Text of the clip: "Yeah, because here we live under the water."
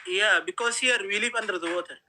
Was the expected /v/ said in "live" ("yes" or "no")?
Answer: no